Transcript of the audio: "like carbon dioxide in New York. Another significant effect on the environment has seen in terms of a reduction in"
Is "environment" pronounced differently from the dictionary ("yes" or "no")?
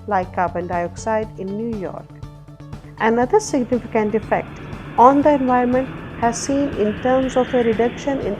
yes